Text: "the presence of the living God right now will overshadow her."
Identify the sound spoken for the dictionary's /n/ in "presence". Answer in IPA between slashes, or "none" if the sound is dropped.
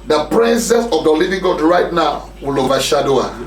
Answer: none